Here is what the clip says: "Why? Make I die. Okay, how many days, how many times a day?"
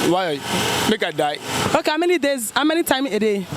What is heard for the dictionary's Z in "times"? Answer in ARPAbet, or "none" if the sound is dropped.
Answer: none